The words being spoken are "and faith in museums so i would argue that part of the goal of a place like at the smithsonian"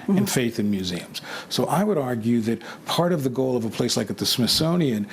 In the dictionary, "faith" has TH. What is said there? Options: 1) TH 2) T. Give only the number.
1